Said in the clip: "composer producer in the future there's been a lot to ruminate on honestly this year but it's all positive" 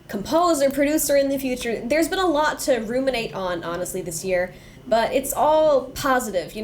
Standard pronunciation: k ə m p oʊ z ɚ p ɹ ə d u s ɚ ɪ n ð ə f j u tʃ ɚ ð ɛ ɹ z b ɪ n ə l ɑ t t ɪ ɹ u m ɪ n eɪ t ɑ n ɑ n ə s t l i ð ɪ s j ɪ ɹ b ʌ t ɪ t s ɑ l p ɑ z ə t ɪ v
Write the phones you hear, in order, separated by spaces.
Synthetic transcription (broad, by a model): k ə m p oʊ z ɚ p ɹ ə d u s ɚ ɪ n ð ə f j u tʃ ɚ ð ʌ ɹ z b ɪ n ə l ɑ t t ɪ ɹ u m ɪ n eɪ t n ɑ n ə s t l i ð ɪ s j ɪ ɹ b ʌ t ɪ t s ɑ l p ɑ z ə t ɪ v